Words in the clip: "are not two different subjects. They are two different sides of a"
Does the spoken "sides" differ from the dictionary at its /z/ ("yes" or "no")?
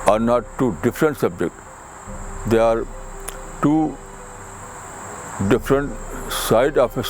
yes